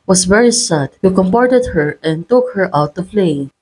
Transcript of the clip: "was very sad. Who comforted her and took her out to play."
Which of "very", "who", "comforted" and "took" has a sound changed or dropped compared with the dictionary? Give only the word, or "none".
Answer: comforted